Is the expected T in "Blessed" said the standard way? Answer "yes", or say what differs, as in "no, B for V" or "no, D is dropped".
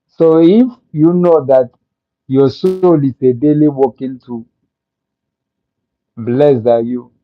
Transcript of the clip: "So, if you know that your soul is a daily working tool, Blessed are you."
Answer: no, T is dropped